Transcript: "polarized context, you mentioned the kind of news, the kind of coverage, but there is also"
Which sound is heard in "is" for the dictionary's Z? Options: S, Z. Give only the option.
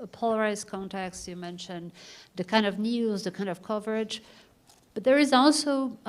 Z